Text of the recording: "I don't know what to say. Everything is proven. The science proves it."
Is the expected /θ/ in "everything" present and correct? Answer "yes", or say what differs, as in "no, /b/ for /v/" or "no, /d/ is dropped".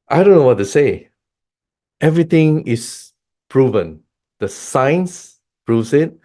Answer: no, /t/ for /θ/